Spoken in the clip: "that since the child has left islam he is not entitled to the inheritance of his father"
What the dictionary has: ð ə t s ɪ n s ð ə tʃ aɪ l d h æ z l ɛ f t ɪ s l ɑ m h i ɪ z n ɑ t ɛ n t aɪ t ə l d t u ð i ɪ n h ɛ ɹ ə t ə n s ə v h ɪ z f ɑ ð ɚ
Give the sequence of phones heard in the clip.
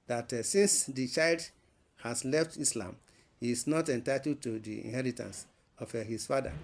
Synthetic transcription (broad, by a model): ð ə t s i n s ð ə tʃ aɪ l d h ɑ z l ɛ f t ɪ s l ɑ m h i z n ɑ t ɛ n t aɪ t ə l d t u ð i ɪ n h ɛ ɹ ə t ə n s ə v h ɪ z f ɑ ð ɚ